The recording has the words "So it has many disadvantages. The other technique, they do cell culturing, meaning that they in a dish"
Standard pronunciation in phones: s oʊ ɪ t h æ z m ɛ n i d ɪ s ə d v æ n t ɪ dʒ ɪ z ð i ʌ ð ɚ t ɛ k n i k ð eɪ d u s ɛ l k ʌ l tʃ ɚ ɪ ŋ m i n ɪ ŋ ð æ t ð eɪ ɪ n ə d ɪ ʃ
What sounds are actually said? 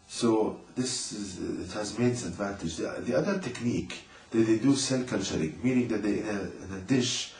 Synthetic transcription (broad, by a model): s oʊ ɪ t h æ z m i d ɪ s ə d v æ n t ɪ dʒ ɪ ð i ʌ ð ɚ t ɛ k n i k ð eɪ d u s ɛ l k ʌ l tʃ ɚ ɪ ŋ m i n ɪ ŋ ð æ t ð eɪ ɪ n ə d ɪ ʃ